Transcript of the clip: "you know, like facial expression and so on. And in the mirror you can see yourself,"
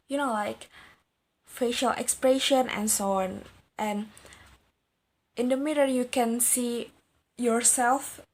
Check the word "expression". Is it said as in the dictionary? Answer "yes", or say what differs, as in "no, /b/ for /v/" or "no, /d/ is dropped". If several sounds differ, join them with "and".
yes